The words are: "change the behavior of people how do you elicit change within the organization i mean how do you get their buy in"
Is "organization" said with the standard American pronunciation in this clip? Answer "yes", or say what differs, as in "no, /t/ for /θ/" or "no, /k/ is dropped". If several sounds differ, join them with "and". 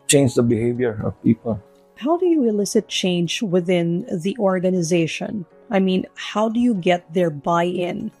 yes